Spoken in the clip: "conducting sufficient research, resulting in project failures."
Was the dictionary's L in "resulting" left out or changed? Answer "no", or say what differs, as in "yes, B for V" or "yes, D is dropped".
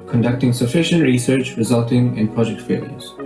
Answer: no